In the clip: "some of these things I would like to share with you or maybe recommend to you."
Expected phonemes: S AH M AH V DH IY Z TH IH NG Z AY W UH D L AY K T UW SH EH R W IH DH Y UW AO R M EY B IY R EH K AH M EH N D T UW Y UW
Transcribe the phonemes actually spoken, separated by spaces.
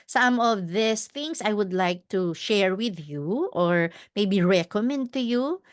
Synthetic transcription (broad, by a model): S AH M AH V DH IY S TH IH NG S AY W UH D L AY K T UW SH EH R W IH DH Y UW AO R M EY B IY R EH K AH M EH N D T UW Y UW